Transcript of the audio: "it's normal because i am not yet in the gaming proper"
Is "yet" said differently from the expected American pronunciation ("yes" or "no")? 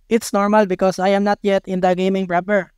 no